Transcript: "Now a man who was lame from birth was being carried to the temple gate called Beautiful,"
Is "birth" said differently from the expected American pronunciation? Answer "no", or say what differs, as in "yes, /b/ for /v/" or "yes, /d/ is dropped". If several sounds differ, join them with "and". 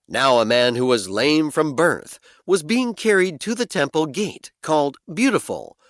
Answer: no